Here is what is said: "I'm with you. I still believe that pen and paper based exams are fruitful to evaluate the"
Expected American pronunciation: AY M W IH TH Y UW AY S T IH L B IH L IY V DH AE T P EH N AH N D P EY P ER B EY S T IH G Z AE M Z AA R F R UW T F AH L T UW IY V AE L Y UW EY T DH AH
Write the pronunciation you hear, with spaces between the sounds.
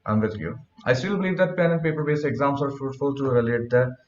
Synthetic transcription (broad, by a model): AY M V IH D Y UW AY S T IH L B IH L IY V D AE T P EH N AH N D P EY P ER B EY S IH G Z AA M S AA R F R UW T F AH L T UW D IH L EY T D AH